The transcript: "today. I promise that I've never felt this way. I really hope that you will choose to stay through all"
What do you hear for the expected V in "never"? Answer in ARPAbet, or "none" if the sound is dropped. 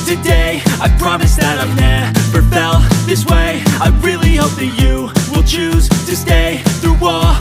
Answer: F